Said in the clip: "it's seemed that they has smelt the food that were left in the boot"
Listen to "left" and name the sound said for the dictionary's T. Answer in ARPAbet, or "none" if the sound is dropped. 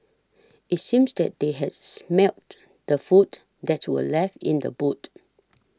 none